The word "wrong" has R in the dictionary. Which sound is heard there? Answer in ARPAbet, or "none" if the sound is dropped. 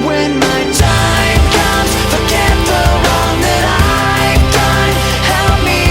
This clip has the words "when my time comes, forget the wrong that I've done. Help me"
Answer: W